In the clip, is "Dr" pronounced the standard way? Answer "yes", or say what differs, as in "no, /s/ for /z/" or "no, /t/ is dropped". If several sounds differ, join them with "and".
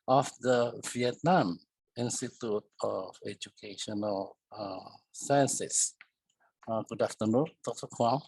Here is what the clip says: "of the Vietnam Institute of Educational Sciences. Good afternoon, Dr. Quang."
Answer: no, /k/ is dropped